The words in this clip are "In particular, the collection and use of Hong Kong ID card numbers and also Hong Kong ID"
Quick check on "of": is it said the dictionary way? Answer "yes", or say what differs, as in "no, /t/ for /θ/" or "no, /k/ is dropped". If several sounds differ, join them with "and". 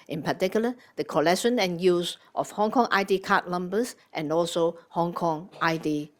no, /f/ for /v/